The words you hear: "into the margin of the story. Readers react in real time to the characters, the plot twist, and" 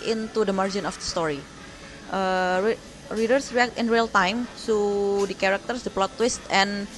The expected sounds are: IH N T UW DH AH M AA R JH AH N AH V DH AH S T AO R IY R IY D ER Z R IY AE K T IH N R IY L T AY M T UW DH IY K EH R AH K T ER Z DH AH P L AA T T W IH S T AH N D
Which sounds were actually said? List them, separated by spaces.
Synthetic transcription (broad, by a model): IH N T UW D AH M AA R JH AH N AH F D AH S T AO R IY R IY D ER S R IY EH K T IH N R IY L T AY M S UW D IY K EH R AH K T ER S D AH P L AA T T W IH S T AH N